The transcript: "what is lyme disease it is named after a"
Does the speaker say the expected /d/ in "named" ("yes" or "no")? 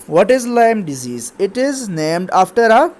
yes